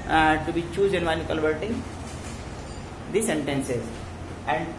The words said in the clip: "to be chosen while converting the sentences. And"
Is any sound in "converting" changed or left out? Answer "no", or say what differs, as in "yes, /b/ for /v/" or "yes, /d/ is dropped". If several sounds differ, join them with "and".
yes, /l/ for /n/